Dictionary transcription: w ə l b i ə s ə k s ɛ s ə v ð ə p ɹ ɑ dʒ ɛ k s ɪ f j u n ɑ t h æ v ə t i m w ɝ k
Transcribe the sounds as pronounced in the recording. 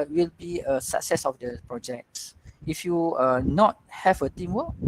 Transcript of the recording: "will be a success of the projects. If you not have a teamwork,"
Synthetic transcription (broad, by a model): w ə l b i ə s ə k s ɛ s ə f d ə p ɹ ɑ dʒ ɛ k s ɪ f j u n ɑ t h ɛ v ə t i m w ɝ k